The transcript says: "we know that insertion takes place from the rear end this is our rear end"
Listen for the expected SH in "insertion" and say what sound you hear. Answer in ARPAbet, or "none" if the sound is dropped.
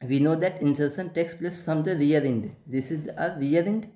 S